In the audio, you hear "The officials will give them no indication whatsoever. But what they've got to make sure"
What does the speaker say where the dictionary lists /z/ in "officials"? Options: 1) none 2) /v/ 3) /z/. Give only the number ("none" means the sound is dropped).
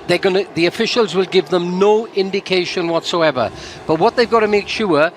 3